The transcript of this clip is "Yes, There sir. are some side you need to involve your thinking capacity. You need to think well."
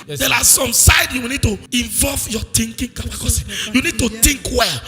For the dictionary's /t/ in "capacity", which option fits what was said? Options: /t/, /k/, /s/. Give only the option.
/s/